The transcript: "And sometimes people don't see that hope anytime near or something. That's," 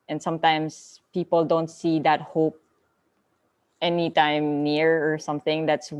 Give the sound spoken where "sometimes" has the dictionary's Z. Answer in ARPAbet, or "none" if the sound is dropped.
S